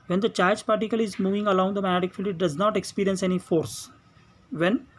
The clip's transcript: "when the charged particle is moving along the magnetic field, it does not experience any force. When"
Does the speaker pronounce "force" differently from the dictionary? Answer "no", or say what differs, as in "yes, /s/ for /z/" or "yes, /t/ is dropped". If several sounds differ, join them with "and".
no